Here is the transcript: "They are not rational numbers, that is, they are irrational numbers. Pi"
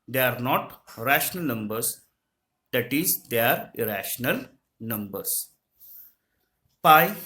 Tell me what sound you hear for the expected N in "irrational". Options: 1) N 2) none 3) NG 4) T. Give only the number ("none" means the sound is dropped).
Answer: 1